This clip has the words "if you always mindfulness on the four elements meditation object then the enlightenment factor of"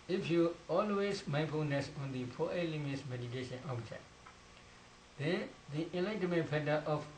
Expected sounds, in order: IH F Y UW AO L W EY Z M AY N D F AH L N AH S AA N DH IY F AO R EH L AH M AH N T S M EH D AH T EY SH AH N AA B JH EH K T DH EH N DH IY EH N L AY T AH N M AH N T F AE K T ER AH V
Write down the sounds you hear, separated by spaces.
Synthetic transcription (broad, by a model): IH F Y UW AO L W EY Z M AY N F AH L N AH S AA N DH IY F AO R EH L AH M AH T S M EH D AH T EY SH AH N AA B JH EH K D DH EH N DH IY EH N L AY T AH M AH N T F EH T T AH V